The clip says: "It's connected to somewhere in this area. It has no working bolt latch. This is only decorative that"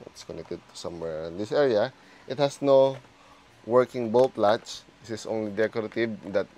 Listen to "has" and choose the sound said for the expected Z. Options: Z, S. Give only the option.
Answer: S